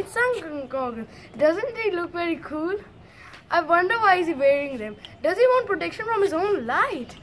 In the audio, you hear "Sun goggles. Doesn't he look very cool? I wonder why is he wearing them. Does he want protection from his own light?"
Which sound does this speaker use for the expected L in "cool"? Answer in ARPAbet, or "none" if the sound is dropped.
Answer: L